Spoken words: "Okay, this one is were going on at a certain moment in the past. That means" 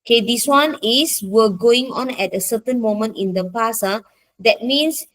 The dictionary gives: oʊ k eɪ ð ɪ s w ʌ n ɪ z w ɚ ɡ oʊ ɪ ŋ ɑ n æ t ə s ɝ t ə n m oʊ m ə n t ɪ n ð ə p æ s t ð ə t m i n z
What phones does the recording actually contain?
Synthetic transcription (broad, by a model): k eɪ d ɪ s w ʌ n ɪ s w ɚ ɡ oʊ ɪ ŋ ɑ n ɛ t ə s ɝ t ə n m oʊ m ə n t ɪ n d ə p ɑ s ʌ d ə t m i n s